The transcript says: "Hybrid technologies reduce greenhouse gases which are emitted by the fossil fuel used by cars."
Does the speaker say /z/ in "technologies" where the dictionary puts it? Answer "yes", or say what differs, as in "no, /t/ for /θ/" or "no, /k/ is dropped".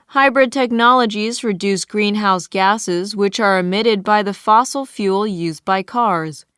yes